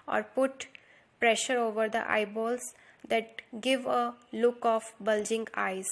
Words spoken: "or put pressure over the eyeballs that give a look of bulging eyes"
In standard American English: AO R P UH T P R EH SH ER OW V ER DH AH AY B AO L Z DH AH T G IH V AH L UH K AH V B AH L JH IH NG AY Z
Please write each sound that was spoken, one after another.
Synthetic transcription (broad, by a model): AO R P UH T P R EH SH ER OW V ER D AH AY B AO L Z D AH T G IH V AH L UH K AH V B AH L JH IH NG AY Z